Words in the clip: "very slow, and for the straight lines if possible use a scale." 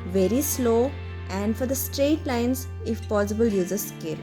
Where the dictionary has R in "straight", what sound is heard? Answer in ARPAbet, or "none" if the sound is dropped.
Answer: R